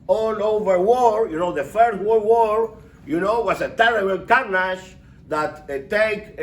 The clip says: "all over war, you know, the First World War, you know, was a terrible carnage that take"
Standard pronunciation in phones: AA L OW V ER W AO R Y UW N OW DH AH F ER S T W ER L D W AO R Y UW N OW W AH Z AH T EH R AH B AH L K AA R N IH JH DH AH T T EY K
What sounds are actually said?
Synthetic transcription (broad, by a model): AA L OW V ER W AO R Y UW N OW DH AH F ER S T W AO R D W AO R Y UW N OW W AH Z AH T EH R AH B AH L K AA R N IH SH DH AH T T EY K